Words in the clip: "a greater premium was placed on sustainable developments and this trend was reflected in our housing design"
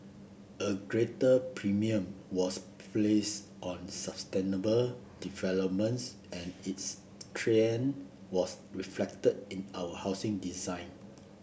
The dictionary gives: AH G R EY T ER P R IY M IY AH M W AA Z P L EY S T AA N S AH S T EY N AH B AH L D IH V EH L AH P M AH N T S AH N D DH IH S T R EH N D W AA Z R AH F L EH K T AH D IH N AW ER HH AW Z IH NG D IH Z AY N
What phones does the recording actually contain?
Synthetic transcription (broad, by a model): AH G R EY T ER P R IY M IY AH M W AA S P L EY S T AA N S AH S T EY N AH B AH L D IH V EH L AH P M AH N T S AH N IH S T R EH N W AA S R AH F L EH K T AH D IH N AW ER HH AW S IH NG D IH Z AY N